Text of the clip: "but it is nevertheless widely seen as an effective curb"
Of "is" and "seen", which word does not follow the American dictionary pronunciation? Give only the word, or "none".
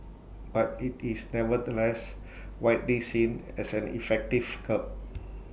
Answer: is